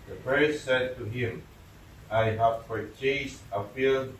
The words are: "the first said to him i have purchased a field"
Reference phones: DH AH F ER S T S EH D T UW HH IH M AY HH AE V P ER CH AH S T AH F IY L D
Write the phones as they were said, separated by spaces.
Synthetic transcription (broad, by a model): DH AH P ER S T S EH D T UW HH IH M AY HH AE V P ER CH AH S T AH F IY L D